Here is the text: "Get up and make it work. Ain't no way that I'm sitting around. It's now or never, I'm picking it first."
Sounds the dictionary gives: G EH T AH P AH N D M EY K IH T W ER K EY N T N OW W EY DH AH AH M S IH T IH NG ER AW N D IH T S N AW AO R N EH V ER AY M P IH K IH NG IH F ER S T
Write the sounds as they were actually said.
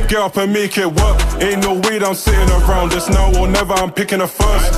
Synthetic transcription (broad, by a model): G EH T AH P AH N M EY K IH T W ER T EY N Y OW W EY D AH AH M S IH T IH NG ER AW N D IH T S N AW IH L N EH V ER AY M P IH K IH NG IH F ER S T